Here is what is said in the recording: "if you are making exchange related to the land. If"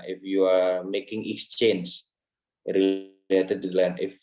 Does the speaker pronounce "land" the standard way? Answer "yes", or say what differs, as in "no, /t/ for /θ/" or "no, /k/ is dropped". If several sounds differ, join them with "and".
no, /d/ is dropped